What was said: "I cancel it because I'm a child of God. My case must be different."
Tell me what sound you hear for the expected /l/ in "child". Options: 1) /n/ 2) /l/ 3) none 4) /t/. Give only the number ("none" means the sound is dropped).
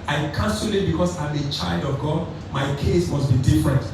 2